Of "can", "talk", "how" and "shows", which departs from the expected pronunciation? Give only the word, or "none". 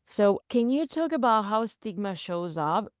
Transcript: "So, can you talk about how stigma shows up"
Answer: none